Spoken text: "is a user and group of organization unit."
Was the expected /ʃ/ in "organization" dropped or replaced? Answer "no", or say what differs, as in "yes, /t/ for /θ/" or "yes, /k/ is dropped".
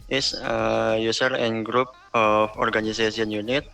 yes, /s/ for /ʃ/